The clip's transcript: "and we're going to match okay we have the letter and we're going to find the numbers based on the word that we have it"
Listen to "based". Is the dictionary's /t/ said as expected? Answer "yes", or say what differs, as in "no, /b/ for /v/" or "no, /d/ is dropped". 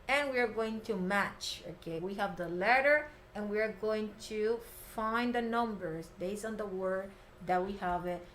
no, /t/ is dropped